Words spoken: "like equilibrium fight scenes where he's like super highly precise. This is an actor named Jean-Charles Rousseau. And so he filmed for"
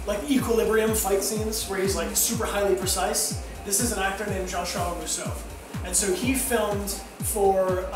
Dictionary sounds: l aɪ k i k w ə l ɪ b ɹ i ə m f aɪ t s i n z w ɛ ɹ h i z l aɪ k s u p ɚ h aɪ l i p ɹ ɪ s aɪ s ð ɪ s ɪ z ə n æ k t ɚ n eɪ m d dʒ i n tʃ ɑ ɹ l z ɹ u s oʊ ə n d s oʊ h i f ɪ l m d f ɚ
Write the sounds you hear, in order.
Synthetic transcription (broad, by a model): l aɪ k i k w ə l ɪ b ɹ i ə m f aɪ t s i n z w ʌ ɹ h i z l aɪ k s u p ɚ h aɪ l i p ɹ ɪ s aɪ s ð ɪ s ɪ z ə n æ k t ɚ n eɪ m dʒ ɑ n ʃ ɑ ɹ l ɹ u s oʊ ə n s oʊ h i f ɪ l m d f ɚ